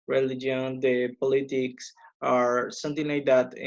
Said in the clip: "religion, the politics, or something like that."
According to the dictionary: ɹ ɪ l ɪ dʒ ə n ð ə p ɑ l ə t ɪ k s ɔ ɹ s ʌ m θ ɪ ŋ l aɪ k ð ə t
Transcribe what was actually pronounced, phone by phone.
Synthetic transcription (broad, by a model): ɹ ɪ l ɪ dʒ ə n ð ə p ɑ l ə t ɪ k s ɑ ɹ s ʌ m t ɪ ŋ l aɪ k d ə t